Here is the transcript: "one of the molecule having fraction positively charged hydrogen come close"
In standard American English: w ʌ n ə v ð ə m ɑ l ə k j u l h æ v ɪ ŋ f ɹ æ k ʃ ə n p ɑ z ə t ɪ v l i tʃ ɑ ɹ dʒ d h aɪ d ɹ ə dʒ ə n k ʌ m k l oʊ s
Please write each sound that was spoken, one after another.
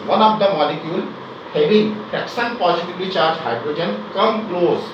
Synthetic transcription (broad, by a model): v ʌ n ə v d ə m ɑ l ə k j u l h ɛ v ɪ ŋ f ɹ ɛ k s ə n p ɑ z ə t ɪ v l i tʃ ɑ ɹ dʒ h aɪ d ɹ ə dʒ ə n k ʌ m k l oʊ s